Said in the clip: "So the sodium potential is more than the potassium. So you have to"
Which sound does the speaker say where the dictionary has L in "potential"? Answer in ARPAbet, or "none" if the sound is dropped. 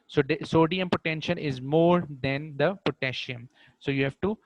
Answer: N